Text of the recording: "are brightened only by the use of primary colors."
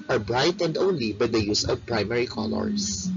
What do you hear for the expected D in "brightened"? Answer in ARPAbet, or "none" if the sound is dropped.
D